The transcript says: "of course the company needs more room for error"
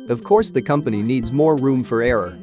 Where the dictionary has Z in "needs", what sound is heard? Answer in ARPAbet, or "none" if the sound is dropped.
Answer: Z